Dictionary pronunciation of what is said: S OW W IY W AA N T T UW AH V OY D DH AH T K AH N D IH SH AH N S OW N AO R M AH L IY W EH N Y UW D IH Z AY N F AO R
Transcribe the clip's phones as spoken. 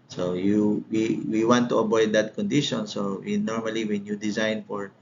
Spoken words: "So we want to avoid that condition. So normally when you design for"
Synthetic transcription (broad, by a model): S OW W IY W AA N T T UW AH B OY D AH T K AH N D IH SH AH N S OW N AO R M AH L IY W EH N Y UW D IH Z AY N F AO R